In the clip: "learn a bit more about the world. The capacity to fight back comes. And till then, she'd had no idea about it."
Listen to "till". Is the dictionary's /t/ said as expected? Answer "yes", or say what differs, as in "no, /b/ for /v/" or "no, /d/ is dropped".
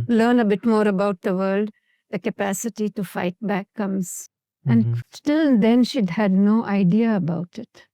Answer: yes